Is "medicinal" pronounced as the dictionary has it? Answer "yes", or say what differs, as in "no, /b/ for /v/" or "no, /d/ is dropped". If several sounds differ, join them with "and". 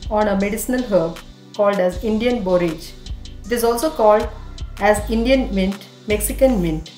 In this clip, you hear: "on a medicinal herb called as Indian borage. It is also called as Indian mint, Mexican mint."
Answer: yes